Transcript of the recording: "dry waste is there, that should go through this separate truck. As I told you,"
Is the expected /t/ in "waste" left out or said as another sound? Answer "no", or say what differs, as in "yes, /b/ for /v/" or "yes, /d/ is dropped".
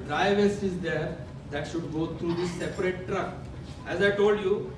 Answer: yes, /t/ is dropped